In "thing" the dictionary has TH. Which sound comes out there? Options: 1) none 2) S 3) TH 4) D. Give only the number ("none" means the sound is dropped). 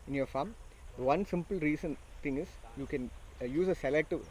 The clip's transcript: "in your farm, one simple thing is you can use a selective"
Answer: 2